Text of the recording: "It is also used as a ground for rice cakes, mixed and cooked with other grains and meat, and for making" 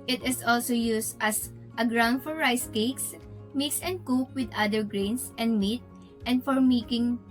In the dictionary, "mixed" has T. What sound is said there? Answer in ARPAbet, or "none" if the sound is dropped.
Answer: none